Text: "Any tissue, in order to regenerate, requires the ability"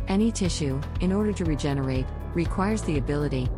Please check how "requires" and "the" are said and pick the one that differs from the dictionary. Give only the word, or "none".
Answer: none